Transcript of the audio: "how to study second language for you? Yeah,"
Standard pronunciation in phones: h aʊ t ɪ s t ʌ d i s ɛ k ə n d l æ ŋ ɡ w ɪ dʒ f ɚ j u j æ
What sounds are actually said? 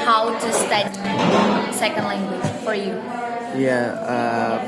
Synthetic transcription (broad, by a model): h aʊ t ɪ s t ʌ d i s ɛ k ə n d l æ ŋ ɡ w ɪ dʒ f ɚ j u j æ